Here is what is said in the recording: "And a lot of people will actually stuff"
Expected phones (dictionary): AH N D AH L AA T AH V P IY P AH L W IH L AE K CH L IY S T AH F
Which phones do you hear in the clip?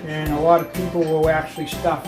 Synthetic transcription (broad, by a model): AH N AH L AA T AH V P IY P L W IH L AE K CH L IY S T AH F